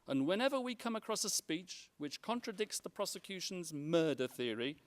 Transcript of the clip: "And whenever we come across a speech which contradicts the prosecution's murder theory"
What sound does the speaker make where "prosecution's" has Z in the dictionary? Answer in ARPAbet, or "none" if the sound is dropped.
Z